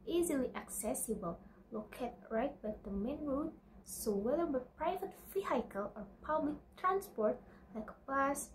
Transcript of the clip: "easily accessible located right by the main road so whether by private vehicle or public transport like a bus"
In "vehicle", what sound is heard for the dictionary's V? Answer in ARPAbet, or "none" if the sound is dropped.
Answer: F